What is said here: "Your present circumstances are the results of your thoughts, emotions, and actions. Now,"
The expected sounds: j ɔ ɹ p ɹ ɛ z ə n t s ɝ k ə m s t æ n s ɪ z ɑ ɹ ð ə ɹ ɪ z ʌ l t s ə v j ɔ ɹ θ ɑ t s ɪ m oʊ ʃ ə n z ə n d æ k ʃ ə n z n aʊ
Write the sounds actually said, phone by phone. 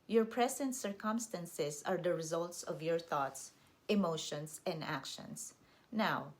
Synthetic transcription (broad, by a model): j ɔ ɹ p ɹ ɛ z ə n t s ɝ k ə m s t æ n s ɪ s ɑ ɹ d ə ɹ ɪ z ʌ l t s ə v j ɔ ɹ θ ɑ t s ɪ m oʊ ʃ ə n s ə n d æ k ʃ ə n s n aʊ